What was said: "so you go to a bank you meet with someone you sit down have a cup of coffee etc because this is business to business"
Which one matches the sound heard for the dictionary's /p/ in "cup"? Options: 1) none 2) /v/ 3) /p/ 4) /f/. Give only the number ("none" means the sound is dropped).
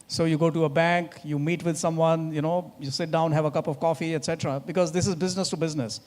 3